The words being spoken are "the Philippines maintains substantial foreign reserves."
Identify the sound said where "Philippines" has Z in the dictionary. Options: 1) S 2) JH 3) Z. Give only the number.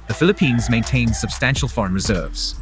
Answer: 3